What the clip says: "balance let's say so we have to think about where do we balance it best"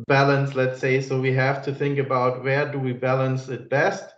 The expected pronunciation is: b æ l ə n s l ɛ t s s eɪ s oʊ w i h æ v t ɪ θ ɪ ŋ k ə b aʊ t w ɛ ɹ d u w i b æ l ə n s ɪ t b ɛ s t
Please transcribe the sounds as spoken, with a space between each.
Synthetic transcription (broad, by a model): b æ l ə n s l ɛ t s s eɪ s oʊ w i h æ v t ɪ θ ɪ ŋ k ə b aʊ t w ɛ ɹ d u w i b æ l ə n s ɪ t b ɛ s t